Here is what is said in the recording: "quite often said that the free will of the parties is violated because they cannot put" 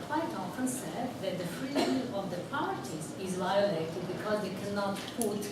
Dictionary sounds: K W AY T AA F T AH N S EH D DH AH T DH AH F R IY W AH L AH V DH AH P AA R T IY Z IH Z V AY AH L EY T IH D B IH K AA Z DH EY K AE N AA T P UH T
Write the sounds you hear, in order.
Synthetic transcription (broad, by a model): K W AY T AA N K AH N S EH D DH AH T DH AH F R IY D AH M AH V DH AH P AA R T IY Z IH Z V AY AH L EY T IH D B IH K AA Z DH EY K AE N AA T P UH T